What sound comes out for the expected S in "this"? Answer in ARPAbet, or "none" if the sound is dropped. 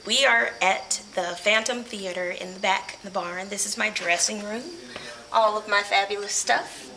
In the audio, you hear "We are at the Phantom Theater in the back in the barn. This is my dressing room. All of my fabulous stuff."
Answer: S